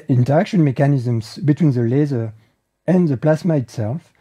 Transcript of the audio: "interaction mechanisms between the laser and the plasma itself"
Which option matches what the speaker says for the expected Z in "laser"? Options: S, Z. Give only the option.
Z